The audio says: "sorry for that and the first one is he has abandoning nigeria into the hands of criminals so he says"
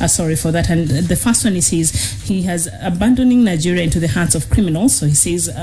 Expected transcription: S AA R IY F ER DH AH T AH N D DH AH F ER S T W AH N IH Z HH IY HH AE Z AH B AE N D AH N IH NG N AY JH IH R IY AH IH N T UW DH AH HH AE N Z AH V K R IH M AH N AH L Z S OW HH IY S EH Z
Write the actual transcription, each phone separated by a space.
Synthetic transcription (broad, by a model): S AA R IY F ER DH AH T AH N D DH AH F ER S T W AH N IH Z HH IY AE Z AH B AE N D AH N IH NG N AY JH IH R IY AH IH N T UW DH AH HH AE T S AH V K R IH M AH N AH L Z S OW HH IY S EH Z